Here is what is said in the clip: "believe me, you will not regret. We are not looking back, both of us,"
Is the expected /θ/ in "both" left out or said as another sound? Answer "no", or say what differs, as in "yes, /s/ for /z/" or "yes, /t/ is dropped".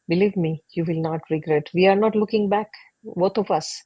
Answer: yes, /t/ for /θ/